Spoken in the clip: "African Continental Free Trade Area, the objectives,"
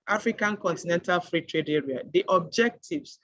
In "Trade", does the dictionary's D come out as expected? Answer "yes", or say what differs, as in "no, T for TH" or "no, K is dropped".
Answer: yes